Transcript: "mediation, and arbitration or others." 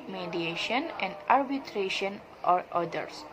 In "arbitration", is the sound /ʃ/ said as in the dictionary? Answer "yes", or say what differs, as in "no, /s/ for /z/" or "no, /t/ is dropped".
yes